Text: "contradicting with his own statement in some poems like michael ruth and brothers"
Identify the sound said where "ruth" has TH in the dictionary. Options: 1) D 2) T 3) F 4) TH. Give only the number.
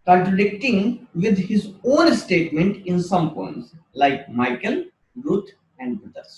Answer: 2